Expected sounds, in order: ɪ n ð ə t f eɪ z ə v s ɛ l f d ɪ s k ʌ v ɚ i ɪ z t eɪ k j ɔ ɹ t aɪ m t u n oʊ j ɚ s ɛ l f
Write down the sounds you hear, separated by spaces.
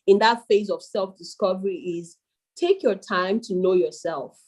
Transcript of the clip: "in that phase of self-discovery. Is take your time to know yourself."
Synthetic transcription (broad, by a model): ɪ n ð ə t f eɪ z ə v s ɛ l f d ɪ s k ʌ v ɚ i ɪ z t eɪ k j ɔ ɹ t aɪ m t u n oʊ j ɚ s ɛ l f